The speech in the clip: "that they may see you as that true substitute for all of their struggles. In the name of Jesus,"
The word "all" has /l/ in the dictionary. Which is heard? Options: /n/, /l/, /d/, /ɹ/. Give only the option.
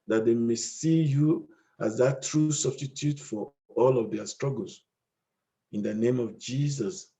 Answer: /l/